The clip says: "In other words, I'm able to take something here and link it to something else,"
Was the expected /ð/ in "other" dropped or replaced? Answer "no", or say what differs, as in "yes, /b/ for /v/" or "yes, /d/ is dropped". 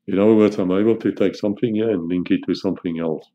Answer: yes, /ð/ is dropped